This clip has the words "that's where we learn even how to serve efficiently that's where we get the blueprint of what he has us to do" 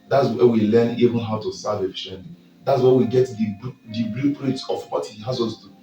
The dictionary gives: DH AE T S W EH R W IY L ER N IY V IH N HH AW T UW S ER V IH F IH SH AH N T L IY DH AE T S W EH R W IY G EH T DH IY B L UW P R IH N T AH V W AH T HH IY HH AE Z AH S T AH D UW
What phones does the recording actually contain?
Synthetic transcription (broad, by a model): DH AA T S W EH W IY L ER N IY V IH N HH AW T UW S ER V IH F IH SH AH N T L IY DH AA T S W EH W IY G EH T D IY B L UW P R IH T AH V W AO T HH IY HH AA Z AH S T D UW